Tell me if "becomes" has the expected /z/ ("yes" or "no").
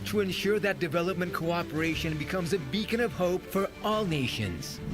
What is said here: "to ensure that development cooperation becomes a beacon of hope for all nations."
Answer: yes